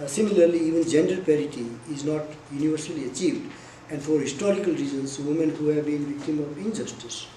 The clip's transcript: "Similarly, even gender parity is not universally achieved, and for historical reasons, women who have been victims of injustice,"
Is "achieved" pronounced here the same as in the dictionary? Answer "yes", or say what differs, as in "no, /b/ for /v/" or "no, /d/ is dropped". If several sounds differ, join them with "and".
yes